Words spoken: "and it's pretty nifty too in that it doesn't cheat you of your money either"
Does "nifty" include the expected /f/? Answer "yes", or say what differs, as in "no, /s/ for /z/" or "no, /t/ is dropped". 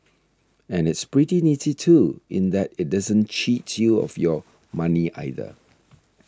no, /f/ is dropped